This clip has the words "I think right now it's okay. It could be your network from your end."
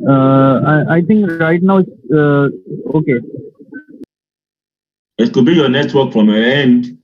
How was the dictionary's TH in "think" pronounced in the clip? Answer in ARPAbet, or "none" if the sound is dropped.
T